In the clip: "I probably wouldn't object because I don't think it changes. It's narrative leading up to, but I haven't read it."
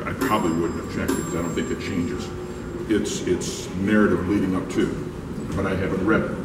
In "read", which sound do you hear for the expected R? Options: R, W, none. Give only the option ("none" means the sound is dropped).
R